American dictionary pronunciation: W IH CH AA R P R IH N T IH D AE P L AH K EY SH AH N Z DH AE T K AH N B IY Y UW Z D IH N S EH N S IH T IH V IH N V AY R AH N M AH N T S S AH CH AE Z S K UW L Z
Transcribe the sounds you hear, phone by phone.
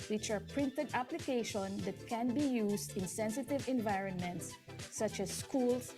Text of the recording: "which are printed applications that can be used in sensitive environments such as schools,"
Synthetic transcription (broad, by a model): W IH CH AA R P R IH N T IH D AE P L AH K EY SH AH N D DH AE T K AH N B IY Y UW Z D IH N S EH N S IH T IH V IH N V AY R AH N M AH N T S S AH CH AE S K UW L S